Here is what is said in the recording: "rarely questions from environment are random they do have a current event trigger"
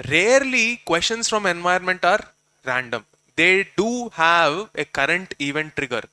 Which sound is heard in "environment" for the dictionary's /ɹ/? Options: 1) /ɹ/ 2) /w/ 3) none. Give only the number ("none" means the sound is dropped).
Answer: 3